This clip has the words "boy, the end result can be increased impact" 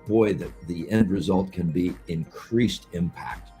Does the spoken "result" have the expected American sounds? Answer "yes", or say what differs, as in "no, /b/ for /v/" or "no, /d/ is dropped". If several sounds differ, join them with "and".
yes